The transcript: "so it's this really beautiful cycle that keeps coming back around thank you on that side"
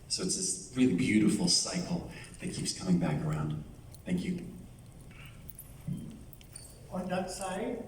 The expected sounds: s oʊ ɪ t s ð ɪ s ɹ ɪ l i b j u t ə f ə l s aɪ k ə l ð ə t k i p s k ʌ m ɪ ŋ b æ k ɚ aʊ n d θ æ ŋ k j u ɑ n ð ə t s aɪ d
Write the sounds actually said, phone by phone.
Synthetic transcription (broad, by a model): s oʊ ɪ t s ð ɪ s ɹ ɪ l i b j u t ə f l s aɪ k l ð ə t k i p s k ʌ m ɪ ŋ b æ k ɚ aʊ n d θ æ ŋ k j u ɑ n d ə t s aɪ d